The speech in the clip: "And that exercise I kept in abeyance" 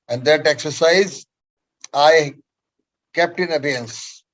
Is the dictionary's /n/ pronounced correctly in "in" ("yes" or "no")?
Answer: yes